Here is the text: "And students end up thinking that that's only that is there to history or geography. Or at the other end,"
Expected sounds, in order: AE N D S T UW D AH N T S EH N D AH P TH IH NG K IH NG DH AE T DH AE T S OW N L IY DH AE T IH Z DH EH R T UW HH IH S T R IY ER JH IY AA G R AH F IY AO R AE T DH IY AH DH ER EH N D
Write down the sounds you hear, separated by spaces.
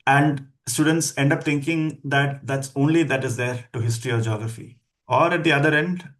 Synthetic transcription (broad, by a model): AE N D S T UW D AH N T S EH N D AH P T IH NG K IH NG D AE T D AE T S OW N L IY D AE T IH Z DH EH R T UW HH IH S T R IY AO JH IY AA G R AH F IY AO R AE T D IY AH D ER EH N D